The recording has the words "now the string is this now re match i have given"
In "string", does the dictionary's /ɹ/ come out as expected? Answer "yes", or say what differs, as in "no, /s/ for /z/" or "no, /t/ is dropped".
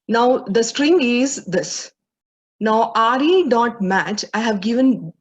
yes